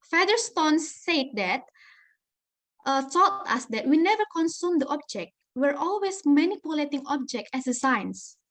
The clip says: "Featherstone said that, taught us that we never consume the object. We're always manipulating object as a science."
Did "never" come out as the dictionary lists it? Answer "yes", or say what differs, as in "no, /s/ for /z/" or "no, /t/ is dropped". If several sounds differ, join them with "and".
yes